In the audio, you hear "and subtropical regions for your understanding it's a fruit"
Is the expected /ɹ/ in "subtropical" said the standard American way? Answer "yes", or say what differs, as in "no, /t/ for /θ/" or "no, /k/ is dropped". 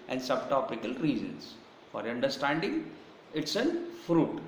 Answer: no, /ɹ/ is dropped